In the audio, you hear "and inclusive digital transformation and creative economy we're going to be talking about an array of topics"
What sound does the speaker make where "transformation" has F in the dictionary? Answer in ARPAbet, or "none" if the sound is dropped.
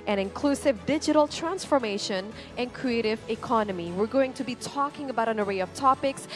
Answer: F